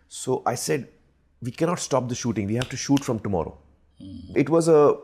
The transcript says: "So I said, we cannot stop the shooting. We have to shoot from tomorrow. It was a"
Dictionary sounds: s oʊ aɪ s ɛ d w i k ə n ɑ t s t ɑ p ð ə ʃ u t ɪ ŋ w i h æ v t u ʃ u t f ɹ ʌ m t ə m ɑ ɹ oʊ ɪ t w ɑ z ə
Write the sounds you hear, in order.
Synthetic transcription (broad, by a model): s oʊ aɪ s ɛ d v i k ə n ɑ t s t ɑ p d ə ʃ u t ɪ ŋ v i h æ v t u ʃ u t f ɹ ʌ m t ə m ɑ ɹ oʊ ɪ t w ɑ z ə